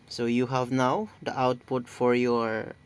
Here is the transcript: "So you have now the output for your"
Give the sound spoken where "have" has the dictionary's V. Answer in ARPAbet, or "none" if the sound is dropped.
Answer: V